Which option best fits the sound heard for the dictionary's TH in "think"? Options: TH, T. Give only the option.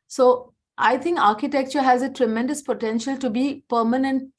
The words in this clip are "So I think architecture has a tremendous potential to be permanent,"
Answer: T